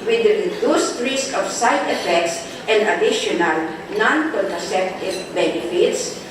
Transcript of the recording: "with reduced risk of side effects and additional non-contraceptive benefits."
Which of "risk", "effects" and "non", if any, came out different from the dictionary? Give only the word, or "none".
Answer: none